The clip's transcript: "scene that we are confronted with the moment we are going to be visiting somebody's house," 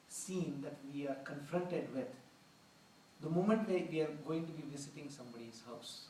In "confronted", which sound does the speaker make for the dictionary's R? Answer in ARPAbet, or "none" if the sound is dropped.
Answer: R